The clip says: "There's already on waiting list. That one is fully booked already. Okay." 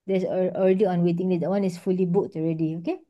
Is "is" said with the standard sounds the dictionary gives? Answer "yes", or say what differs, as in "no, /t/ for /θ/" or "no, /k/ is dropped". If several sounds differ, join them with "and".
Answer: no, /s/ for /z/